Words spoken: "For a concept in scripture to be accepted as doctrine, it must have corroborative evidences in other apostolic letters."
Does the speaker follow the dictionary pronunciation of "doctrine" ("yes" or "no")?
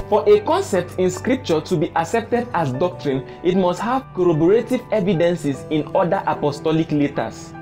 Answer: yes